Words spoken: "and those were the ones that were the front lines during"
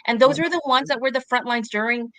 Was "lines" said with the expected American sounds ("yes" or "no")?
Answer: yes